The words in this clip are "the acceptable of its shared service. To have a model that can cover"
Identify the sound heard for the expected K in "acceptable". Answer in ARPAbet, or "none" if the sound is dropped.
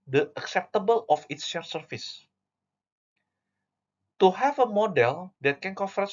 K